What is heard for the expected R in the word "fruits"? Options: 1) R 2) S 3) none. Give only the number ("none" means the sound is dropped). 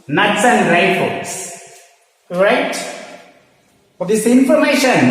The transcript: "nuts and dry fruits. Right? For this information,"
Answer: 3